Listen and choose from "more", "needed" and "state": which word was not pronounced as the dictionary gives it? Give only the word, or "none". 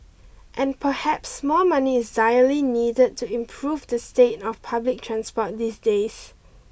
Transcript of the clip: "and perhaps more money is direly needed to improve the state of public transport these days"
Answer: more